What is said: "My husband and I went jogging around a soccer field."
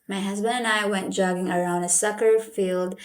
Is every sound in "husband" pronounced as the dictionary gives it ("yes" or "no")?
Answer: yes